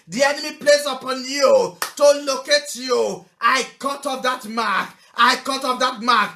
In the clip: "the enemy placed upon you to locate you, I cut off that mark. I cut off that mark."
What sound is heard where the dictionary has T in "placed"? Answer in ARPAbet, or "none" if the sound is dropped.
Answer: none